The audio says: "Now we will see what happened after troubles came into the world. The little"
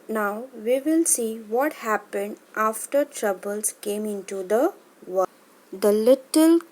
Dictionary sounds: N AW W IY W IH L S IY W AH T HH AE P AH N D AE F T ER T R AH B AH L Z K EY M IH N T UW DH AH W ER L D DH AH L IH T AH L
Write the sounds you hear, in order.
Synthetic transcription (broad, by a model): N AW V IY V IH L S IY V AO T HH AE P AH N D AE F T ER T R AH B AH L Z K EY M IH N T UW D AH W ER D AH L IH T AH L